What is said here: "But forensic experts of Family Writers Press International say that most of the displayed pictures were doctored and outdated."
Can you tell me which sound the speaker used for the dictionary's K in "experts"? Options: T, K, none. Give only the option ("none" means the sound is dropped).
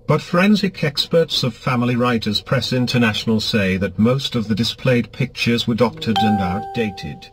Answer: K